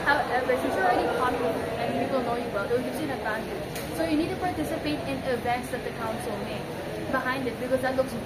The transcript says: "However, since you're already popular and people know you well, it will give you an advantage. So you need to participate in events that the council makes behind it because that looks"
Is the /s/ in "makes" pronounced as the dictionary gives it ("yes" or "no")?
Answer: no